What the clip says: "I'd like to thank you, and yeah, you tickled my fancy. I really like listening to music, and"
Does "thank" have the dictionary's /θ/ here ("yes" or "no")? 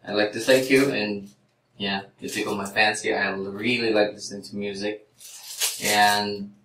no